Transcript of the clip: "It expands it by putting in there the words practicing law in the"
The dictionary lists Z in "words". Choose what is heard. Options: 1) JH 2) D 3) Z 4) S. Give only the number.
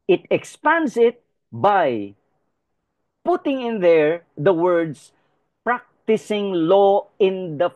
4